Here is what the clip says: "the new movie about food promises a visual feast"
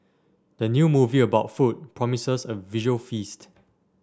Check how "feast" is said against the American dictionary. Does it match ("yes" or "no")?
yes